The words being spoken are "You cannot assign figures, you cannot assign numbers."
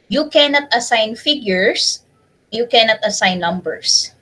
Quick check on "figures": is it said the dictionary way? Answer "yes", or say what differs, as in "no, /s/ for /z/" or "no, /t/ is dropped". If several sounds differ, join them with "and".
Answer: no, /s/ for /z/